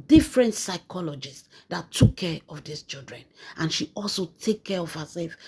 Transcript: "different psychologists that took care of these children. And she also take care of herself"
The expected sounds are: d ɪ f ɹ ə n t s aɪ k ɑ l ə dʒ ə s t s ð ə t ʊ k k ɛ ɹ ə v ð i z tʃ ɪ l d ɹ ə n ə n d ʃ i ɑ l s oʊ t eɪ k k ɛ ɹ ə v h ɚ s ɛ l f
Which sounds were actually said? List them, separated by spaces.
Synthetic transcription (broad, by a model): d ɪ f ɹ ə n t s aɪ k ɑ l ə dʒ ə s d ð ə t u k k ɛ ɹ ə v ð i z tʃ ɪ l d ɹ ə n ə n ʃ i ɑ l s oʊ t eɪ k k ɛ ɹ ə v h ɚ s ɛ l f